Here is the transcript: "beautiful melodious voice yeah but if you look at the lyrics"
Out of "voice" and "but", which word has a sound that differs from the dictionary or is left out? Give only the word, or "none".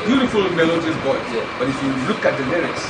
voice